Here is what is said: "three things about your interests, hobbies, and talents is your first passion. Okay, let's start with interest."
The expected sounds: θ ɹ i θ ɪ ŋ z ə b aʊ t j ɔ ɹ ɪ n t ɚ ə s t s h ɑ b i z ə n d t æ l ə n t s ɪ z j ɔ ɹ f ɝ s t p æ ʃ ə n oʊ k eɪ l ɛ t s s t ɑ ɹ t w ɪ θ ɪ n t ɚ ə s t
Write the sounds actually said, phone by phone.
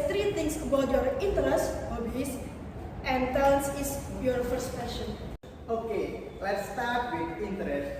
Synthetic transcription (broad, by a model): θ ɹ i t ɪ ŋ s ə b aʊ t j ɔ ɹ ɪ n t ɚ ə s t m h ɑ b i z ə n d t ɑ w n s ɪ s j ɔ ɹ f ɝ s t f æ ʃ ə n oʊ k eɪ l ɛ t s s t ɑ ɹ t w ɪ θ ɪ n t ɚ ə s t